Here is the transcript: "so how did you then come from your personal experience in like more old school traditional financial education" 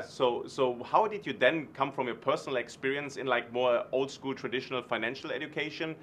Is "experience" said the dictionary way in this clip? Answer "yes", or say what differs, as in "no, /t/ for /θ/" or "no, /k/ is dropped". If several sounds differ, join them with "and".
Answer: yes